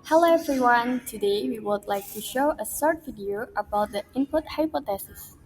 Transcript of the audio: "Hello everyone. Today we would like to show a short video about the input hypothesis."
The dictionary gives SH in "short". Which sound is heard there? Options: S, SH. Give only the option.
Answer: S